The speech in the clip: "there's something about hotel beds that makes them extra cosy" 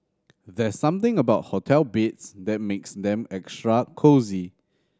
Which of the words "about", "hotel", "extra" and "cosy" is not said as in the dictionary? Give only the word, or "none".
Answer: none